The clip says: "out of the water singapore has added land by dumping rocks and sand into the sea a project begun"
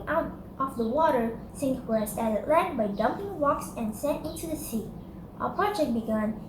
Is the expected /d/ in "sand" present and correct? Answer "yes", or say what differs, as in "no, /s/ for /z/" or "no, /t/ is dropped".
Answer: no, /d/ is dropped